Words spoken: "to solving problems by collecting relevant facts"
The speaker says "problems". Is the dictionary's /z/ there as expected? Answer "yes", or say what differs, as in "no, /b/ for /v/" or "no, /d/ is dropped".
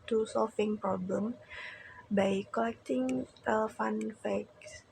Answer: no, /z/ is dropped